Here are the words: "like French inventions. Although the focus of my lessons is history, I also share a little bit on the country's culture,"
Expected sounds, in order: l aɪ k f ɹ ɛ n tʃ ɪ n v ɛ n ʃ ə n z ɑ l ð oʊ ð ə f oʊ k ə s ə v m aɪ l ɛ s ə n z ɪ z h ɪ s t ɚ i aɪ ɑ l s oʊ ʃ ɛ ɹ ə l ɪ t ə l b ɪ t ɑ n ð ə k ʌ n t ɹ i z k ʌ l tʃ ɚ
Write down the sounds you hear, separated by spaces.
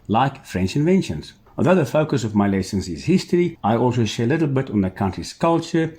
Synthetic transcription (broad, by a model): l aɪ k f ɹ ɛ n tʃ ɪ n v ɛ n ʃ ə n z ɑ l ð oʊ ð ə f oʊ k ə s ə v m aɪ l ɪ s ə n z ɪ z h ɪ s t ɚ i aɪ ɑ l s oʊ ʃ ɛ ɹ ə l ɪ t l b ɪ t n ð ə k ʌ n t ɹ i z k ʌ l tʃ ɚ